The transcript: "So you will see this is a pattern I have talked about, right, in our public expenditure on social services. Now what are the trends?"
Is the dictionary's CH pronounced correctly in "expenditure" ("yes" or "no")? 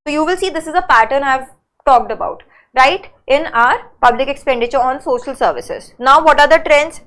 yes